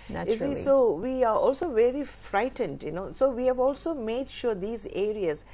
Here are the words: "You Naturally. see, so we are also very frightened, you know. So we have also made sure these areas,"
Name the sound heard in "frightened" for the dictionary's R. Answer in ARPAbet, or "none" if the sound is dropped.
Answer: R